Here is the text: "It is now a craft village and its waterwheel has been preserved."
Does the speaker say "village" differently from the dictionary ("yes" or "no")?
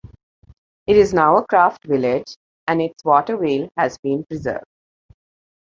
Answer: no